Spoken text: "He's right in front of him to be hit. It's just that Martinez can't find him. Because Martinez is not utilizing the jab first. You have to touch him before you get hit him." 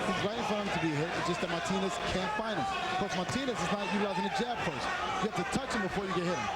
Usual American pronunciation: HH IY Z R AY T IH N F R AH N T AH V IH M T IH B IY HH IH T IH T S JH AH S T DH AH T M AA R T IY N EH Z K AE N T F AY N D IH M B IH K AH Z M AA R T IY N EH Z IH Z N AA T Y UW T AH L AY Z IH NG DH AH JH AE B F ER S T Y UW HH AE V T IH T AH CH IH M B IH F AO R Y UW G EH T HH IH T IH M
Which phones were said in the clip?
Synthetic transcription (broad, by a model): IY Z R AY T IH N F AH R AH IH M T IH B IY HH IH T IH T S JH AH S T DH AH T M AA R T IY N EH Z K AE N T F AY N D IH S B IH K M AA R T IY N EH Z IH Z N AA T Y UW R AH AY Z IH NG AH JH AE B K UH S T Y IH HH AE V T IH T AH CH IH M B IH F AO R Y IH G EH T HH IH T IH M